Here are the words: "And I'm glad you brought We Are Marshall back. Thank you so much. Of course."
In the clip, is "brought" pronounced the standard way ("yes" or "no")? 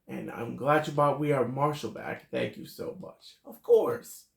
no